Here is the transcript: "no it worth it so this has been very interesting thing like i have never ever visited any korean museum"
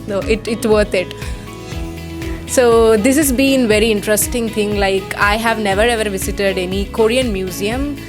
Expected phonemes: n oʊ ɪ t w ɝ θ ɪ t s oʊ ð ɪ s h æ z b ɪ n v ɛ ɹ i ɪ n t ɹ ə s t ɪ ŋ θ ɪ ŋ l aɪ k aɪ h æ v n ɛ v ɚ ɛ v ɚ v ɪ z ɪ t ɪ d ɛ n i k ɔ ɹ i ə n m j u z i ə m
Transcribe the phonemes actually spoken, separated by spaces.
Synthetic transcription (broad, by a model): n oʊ ɪ t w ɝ t ɪ t s oʊ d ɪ s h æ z b ɪ n v ɛ ɹ i ɪ n t ɹ ə s t ɪ ŋ t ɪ ŋ l aɪ k aɪ h æ v n ɛ v ɚ ɛ v ɚ v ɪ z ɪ t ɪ d ɛ n i k ɔ ɹ i ə n m j u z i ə m